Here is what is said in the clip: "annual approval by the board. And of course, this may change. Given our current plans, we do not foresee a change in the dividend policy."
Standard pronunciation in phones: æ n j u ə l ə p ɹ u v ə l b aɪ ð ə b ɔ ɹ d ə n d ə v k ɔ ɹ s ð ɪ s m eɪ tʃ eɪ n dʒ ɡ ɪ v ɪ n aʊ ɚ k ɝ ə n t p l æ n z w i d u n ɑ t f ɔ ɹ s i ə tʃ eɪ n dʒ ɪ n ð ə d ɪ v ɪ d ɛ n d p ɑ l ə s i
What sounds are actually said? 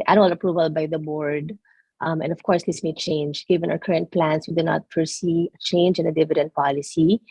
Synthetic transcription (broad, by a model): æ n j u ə l ə p ɹ u v ə l b aɪ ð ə b ɔ ɹ d ə n d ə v k ɔ ɹ s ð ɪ s m eɪ tʃ eɪ n dʒ ɡ ɪ v ɪ n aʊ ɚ k ɝ ə n t p l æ n s w i d u n ɑ t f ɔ ɹ s i tʃ eɪ n dʒ ɪ n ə d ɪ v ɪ d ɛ n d p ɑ l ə s i